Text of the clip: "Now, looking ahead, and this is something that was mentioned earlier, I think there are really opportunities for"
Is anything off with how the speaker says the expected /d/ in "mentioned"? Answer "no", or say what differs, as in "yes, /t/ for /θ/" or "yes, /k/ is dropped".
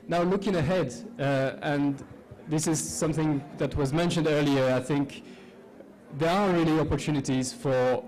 no